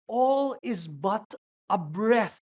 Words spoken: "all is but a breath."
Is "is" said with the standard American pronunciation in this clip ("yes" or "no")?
yes